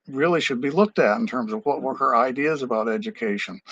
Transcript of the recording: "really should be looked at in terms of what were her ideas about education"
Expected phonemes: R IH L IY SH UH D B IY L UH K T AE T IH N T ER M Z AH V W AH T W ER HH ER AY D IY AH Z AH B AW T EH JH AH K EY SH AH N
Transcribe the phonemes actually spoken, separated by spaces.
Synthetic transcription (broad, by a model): R IH L IY SH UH D B IY L UH K T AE T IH N T ER M Z AH V W AH T W ER HH ER AY D IY AH Z AH B AW T EH JH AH K EY SH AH N